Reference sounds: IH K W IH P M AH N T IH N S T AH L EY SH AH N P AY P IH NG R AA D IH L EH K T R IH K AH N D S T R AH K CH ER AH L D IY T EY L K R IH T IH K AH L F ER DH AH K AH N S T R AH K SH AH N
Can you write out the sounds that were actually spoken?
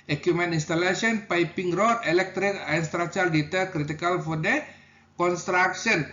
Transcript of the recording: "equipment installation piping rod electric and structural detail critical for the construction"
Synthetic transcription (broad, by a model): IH K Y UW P M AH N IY N S T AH L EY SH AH N P AY P IH NG R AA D IH L EH K T R IH K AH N S T R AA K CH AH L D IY T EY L K R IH T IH K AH L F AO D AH K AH N S T R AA K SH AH N